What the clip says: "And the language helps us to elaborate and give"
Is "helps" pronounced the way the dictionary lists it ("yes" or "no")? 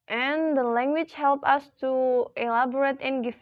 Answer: no